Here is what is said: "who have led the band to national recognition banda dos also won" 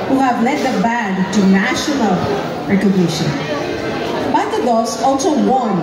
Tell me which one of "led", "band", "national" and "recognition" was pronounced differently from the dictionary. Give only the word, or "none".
band